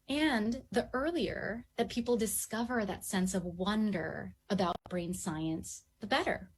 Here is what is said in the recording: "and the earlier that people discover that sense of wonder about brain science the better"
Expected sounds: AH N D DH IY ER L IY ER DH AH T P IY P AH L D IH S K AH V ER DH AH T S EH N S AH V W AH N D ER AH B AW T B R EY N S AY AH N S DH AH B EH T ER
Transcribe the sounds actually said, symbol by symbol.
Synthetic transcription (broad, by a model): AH N DH IY ER L IY ER DH AH T P IY P L D IH S K AH V ER DH AH T S EH N S AH V W AH N D ER AH B AW T B R EY N S AY AH N S DH AH B EH T ER